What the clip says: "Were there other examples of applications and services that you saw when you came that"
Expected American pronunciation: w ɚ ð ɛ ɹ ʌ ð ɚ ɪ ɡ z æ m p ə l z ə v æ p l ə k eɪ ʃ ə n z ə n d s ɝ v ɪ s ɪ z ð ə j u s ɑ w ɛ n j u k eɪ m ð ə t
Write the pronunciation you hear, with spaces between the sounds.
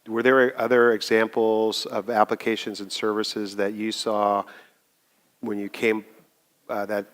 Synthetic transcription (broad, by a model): w ɚ ð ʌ ɹ ʌ ð ɚ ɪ ɡ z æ m p l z ə v æ p l ə k eɪ ʃ ə n z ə n s ɝ v ɪ s ɪ z ð ə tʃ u s ɑ w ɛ n j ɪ k eɪ m ð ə t